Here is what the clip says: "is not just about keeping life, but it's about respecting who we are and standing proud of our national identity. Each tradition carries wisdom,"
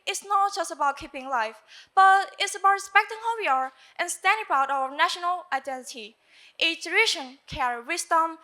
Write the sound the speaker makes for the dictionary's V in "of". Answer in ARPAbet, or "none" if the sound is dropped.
W